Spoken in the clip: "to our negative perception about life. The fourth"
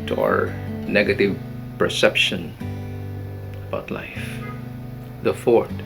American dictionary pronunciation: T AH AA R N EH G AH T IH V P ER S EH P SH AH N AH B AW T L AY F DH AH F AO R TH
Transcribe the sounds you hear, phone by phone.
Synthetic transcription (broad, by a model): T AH AA R N EH G AH T IH V P ER S EH P SH AH N AH B AW T L AY F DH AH F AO R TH